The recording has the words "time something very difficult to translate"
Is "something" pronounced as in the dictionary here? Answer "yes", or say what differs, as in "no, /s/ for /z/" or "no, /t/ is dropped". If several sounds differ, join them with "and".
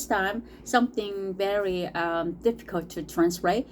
yes